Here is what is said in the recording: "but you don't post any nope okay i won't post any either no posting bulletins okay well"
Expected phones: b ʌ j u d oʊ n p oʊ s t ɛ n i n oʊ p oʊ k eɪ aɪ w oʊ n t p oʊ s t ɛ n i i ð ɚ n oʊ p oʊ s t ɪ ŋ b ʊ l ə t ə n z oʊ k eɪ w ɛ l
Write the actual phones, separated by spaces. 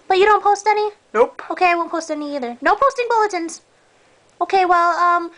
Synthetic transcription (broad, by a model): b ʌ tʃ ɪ d oʊ n p oʊ s t ɛ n i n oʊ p oʊ k eɪ aɪ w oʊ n p oʊ s t ɛ n i i ð ɚ n oʊ p oʊ s t ɪ ŋ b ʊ l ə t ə n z oʊ k eɪ w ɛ l